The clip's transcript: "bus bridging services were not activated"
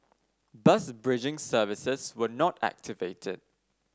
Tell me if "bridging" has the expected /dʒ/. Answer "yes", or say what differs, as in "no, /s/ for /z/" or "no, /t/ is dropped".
yes